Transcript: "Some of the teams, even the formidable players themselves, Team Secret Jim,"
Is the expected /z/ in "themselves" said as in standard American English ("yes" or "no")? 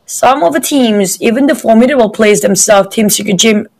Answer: no